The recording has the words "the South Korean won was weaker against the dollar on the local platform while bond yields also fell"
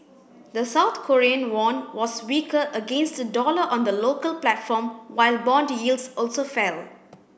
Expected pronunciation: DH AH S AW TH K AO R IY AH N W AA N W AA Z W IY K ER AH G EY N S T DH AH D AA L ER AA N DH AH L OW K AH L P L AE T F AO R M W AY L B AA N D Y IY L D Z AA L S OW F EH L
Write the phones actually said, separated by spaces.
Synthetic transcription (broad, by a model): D AH S AW T K AO R IY AH N W AA N W AA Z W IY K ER AH G EY N S T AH D AA L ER AA N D AH L OW K AH L P L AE T F AO M W AY L B AA N D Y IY L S AA L S OW F EH L